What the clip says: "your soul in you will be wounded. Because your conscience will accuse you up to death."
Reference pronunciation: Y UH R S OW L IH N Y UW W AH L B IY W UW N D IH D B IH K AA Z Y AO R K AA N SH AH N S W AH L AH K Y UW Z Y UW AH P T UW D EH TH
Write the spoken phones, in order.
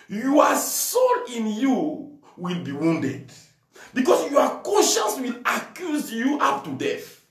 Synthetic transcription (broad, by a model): Y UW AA S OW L IH N Y UW W AH L B IY W UW N D IH D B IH K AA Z Y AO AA K AA N SH AH N S W AH L AH K Y UW Z Y UW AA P T UW D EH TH